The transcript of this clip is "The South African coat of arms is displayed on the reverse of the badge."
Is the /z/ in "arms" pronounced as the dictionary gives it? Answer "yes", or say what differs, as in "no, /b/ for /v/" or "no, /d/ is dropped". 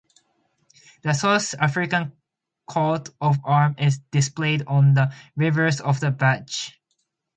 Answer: no, /z/ is dropped